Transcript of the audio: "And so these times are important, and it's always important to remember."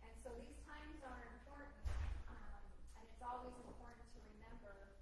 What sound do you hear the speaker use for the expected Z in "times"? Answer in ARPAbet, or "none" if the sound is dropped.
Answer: Z